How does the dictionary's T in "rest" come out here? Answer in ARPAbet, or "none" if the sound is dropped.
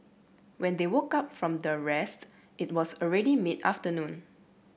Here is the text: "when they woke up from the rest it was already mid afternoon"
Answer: T